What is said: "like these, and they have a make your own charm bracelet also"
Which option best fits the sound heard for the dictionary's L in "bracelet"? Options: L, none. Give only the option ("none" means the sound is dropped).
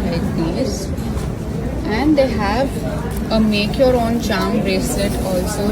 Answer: none